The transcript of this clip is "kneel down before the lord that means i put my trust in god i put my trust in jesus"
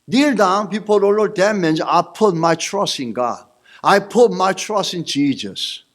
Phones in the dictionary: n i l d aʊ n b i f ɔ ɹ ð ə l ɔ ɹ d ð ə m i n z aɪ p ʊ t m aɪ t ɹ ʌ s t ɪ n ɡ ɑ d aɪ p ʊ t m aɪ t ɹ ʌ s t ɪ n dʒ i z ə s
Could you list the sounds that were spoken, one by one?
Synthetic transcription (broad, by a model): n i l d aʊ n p i p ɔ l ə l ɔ d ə m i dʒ aɪ p ʊ t m aɪ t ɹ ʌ s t ɪ n ɡ ɑ d aɪ p ʊ t m aɪ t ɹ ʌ s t ɪ n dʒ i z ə s